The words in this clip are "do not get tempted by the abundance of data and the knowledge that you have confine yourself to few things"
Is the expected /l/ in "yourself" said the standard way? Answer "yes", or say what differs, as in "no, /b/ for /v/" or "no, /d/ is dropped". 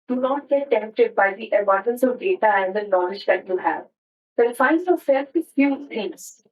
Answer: no, /l/ is dropped